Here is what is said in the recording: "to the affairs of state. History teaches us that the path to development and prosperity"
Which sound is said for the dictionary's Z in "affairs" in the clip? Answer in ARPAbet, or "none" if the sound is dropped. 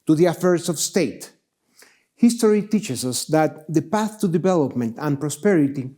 S